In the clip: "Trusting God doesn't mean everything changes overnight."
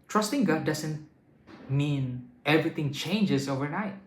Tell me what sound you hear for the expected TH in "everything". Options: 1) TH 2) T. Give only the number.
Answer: 2